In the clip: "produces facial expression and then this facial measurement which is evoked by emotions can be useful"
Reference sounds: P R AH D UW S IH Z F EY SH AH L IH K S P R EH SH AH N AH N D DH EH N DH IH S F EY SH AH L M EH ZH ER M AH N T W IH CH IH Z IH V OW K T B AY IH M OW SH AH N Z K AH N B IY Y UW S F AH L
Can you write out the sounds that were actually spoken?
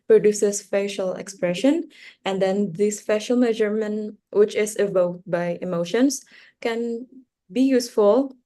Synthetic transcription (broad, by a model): P R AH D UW S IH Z F EY SH AH L IH K S P R EH SH AH N AH N D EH N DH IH S F EY SH AH L M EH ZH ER M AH N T W IH CH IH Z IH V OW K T B AY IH M OW SH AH N S K AH N B IY Y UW S F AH L